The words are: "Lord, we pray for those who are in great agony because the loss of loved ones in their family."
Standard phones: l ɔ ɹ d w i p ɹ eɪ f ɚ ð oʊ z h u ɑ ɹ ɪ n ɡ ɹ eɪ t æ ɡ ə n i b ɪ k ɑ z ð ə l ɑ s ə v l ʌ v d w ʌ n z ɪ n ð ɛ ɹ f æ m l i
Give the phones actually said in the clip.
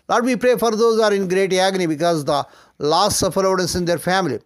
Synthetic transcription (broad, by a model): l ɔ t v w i p ɹ eɪ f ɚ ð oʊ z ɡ ɑ ɹ ɪ n ɡ ɹ eɪ t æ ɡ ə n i b ɪ k ɑ z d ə l ɑ s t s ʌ f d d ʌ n s ɪ n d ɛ ɹ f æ m l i